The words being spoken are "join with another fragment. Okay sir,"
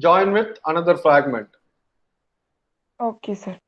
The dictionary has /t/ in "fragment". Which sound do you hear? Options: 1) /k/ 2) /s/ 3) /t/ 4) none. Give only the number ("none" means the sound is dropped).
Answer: 3